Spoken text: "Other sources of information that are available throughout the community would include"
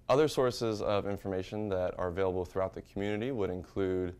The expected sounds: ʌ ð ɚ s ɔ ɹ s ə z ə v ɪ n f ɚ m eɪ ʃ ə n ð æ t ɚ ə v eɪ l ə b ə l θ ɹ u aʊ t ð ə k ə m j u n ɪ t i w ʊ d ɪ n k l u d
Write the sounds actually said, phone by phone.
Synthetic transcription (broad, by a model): ʌ ð ɚ s ɔ ɹ s ə z ə v ɪ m f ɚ m eɪ ʃ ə n ð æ t ɚ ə v eɪ l ə b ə l θ ɹ u aʊ t ð ə k m j u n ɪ t i w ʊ d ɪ n k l u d